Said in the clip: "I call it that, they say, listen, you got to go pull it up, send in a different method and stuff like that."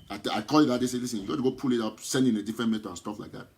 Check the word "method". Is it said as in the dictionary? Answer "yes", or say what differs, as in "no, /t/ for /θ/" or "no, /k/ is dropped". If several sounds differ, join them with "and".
no, /t/ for /θ/ and /d/ is dropped